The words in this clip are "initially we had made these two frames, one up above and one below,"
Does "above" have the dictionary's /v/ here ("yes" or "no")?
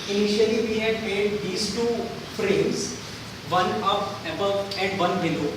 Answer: no